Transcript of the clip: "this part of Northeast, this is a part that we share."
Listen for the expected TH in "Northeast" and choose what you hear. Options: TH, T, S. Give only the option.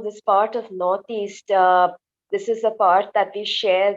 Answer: T